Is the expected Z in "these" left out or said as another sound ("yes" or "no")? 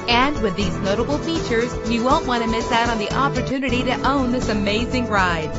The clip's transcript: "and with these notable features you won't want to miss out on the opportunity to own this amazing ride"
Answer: no